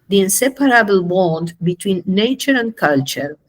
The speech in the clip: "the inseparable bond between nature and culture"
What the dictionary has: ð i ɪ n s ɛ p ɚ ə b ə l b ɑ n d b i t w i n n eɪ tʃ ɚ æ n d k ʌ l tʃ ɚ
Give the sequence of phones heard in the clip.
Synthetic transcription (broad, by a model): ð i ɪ n s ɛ p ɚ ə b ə l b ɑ n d b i t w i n n eɪ tʃ ɚ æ n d k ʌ l tʃ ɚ